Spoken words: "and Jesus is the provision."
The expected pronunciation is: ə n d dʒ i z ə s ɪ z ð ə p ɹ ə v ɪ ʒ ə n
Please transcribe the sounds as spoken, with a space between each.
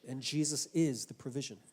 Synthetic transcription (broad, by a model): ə n dʒ i z ə s ɪ z ð ə p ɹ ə v ɪ ʒ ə n